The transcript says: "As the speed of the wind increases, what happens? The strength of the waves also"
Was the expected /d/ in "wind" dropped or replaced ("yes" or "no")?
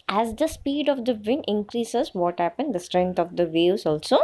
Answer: yes